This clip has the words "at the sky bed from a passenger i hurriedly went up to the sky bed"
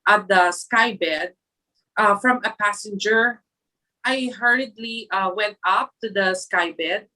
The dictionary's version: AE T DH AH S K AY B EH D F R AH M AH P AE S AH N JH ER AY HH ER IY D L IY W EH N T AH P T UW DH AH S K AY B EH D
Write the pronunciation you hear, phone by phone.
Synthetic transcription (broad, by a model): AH T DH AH S K AY B EH D F R AH M AH P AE S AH N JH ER AY HH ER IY D L IY W EH N T AH P T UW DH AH S K AY B EH D